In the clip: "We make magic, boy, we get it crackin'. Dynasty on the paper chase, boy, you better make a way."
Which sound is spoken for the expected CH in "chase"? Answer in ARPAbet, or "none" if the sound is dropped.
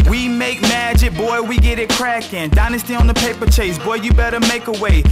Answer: CH